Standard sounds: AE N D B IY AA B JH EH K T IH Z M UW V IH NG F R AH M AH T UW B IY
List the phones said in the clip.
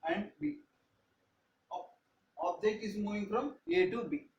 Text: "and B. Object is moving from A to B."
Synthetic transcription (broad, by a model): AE N D B IY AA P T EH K IH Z M UW V IH NG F R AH M AH T UW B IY